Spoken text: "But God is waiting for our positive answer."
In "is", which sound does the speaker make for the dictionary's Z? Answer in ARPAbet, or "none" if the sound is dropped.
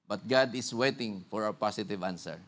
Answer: S